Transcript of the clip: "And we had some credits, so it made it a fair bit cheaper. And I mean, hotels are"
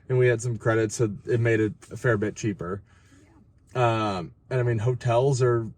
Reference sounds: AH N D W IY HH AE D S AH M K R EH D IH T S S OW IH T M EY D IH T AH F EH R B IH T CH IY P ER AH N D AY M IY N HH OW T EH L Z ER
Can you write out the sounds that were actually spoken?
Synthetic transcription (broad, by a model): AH N W IY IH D S AH M K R EH D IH T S S OW IH T M EY D IH T AH F EH R B IH T CH IY P ER AH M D AY M IY N HH OW T EH L Z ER